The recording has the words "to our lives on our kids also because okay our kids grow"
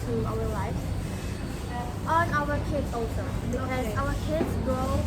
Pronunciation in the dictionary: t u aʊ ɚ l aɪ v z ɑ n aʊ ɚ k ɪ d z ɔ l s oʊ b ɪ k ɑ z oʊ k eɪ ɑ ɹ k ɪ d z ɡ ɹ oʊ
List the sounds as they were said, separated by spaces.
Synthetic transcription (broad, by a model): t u aʊ ɚ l aɪ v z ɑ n aʊ ɚ k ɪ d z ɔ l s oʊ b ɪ ɑ oʊ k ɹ k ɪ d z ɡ ɹ oʊ